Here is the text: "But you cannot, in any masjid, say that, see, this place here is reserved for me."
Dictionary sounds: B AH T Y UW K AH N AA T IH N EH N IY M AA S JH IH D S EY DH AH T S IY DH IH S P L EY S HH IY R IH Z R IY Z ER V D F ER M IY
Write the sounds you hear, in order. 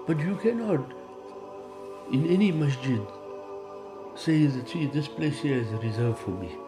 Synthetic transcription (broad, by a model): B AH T Y UW K AH N AA T IH N EH N IY M AA S JH IH D S EY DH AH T S IY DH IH S P L EY S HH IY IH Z R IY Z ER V F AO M IY